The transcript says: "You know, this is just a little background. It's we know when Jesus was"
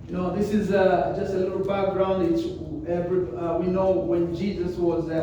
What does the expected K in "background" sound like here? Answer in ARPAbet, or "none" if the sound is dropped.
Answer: K